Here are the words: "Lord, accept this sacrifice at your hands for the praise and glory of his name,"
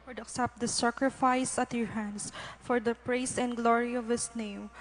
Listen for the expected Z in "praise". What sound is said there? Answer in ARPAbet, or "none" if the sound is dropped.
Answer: S